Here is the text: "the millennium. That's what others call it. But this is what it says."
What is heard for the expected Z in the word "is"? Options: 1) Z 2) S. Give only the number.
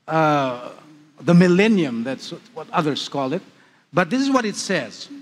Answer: 1